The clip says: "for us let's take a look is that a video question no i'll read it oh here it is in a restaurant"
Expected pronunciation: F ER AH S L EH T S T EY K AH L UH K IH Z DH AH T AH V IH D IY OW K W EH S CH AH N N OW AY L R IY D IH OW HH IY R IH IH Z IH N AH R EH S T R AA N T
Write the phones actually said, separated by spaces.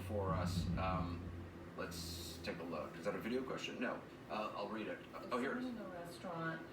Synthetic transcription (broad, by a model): F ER AH S L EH T S T EY K AH L UH K IH Z DH AH T AH V IH D IY OW K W EH S CH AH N N OW AY L R IY D IH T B IH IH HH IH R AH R EH S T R AA N T